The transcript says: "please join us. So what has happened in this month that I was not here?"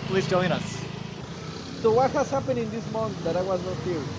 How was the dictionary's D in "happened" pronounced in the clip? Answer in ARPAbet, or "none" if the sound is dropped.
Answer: none